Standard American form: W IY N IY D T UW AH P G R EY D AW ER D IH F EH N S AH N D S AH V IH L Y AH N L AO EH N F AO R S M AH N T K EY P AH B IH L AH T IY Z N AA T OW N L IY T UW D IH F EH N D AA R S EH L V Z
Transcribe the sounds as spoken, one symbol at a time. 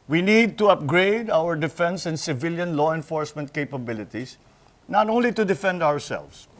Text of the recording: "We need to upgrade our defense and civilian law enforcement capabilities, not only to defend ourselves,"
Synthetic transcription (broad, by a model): W IY N IY D T UW AH P G R EY D AW ER D IH F EH N S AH N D S AH V IH L Y AH N L AO EH N F AO R S M AH N T K EY P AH B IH L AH T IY S N AA T OW N L IY T UW D IH F EH N D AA R S EH L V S